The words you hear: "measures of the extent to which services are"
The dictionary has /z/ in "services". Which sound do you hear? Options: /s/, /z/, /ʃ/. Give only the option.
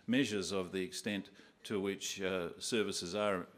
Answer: /z/